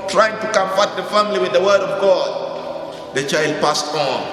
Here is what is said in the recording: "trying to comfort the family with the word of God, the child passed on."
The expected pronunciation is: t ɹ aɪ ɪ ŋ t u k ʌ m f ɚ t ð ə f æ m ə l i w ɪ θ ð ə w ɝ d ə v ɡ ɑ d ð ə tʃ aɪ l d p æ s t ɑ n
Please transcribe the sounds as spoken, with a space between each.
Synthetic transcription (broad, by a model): t ɹ aɪ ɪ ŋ t u k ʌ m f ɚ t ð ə f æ m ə l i w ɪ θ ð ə w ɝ d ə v ɡ ɑ d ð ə tʃ aɪ l d p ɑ s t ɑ n